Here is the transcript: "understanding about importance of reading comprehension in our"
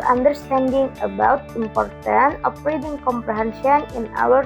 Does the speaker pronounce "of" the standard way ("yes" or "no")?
no